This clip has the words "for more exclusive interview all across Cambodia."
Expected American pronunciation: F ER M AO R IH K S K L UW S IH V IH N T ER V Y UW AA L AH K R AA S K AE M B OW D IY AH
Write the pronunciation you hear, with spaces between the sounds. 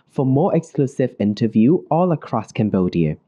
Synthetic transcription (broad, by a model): F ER M AO R IH K S K L UW S IH V IH N T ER V Y UW AA L AH K R AA S K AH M B OW D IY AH